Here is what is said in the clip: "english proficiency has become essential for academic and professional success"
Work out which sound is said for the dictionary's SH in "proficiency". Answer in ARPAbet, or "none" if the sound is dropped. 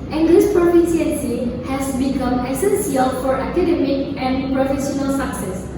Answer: S